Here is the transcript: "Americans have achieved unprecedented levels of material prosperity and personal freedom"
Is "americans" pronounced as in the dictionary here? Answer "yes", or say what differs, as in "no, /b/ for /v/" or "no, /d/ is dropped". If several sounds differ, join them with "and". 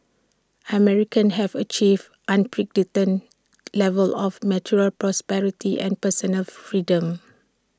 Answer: no, /z/ is dropped